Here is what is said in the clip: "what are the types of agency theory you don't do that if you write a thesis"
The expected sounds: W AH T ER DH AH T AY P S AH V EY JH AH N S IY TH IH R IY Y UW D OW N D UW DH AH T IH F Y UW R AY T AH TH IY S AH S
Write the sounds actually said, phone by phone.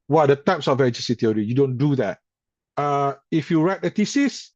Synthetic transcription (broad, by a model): W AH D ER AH T AY P S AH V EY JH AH S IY T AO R IY Y UW D OW N D UW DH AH T IH F Y UW R AY T AH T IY S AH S